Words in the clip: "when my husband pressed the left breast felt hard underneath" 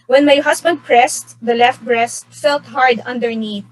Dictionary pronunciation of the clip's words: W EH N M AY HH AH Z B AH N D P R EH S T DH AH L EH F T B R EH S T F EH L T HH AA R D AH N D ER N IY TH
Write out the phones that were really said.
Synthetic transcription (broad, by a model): W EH N M AY HH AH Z B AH N D P R EH S T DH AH L EH F T B R EH S T F EH L T HH AA R D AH N D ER N IY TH